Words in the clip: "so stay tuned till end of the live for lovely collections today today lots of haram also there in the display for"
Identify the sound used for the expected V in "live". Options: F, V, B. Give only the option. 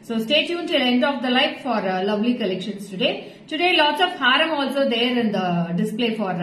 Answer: F